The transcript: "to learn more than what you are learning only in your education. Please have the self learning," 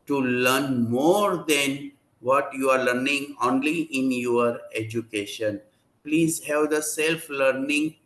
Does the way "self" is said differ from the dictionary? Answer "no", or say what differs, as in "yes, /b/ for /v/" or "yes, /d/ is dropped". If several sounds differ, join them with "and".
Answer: no